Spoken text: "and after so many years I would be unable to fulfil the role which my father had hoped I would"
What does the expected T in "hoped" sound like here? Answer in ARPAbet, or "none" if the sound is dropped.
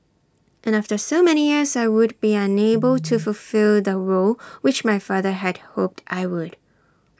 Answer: T